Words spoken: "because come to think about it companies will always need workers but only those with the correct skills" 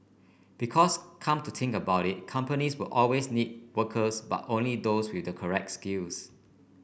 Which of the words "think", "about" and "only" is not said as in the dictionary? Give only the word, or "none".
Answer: think